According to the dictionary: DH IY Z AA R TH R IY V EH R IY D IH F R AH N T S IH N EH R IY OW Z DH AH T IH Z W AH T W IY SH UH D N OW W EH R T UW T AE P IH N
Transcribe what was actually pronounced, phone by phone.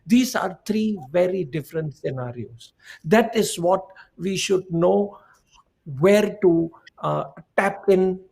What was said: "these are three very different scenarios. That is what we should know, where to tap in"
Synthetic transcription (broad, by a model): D IY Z AA R T R IY V EH R IY D IH F R AH N T S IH N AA R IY OW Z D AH T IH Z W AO T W IY SH UH D N OW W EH R T UW T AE P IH N